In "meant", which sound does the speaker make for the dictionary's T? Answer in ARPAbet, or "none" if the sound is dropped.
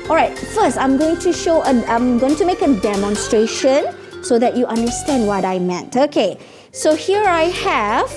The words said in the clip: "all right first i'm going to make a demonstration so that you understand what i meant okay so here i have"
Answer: T